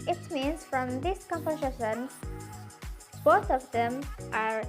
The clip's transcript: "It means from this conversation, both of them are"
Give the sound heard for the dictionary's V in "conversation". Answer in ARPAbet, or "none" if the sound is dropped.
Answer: P